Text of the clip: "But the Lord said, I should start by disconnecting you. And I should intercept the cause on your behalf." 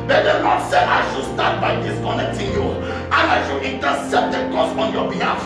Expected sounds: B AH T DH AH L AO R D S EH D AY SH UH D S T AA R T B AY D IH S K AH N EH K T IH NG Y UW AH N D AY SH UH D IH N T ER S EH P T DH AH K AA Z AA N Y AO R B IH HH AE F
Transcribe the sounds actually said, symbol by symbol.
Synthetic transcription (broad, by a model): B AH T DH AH N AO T S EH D AY SH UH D S T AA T B AY D IH S K AH N EH K T IH NG Y UW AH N AY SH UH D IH N T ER S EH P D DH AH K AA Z AA N Y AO B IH HH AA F